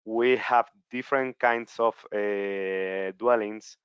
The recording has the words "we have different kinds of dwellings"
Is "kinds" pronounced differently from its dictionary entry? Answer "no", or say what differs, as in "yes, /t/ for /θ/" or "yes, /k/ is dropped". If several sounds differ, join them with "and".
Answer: yes, /s/ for /z/